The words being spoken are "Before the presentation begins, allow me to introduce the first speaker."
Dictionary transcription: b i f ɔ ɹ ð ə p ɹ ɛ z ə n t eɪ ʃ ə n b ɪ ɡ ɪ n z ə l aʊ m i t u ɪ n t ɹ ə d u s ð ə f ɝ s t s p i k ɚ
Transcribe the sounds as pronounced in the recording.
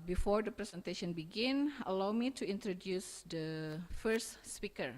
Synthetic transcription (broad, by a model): b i f ɔ ɹ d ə p ɹ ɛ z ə n t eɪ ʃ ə n b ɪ ɡ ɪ n ə l aʊ m i t u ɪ n t ɹ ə d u s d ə f ɝ s t s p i k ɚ